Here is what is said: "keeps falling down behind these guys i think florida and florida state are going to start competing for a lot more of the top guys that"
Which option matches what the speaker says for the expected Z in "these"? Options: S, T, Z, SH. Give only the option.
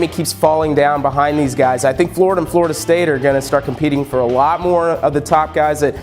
Z